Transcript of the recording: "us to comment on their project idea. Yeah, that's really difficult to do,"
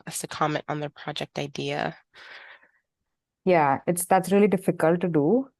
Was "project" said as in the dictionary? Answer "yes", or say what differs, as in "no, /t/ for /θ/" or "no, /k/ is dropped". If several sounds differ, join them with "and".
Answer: yes